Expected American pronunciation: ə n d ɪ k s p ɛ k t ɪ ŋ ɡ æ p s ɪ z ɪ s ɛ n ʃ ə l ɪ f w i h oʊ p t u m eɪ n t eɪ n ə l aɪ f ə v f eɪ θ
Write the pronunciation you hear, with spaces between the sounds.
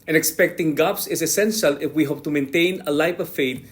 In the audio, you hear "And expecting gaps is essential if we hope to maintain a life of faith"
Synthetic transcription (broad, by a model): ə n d ɪ k s p ɛ k t ɪ ŋ ɡ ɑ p s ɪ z ɪ s ɛ n ʃ ə l ɪ f w i h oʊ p t u m eɪ n t eɪ n ə l aɪ p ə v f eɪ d